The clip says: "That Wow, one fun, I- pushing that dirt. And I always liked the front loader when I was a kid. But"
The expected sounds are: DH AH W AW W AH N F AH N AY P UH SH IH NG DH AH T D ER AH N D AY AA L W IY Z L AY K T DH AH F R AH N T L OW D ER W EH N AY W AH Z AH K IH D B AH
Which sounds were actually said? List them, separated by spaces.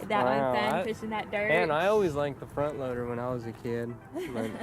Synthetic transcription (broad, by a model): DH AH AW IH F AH AY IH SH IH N DH AH T D ER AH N AY AA L W IY Z L AY K DH AH F R AH N T L OW D ER W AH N AY W AH Z AH K IH D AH